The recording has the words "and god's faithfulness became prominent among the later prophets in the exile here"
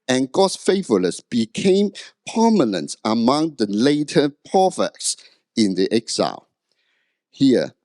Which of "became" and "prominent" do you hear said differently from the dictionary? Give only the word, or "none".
prominent